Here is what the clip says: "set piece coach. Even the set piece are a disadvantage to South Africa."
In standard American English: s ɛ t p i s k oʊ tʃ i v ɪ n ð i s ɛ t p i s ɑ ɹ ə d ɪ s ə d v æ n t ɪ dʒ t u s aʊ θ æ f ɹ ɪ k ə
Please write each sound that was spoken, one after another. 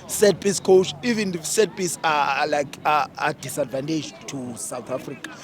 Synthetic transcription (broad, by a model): s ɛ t p i s k oʊ tʃ i v ɪ n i s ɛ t p i s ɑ l ə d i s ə d v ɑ n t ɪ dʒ t u s aʊ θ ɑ f ɹ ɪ k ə